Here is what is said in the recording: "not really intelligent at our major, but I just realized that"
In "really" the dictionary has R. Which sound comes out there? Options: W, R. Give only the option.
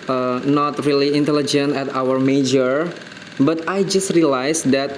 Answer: R